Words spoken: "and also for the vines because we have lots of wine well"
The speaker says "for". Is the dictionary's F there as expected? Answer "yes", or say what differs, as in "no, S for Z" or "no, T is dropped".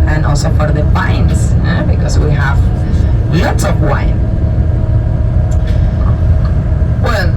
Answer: no, P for F